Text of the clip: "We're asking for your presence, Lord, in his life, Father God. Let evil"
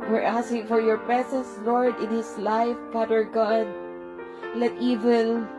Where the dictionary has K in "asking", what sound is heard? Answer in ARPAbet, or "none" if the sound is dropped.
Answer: none